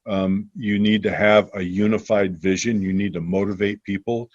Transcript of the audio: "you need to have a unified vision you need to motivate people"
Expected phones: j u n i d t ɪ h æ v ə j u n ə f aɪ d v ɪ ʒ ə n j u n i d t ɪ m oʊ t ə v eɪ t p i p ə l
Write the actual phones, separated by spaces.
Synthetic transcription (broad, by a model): j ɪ n i d t ɪ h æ v ə j u n ə f aɪ d v ɪ ʒ ə n j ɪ n i d t ɪ m oʊ t ə v eɪ t p i p l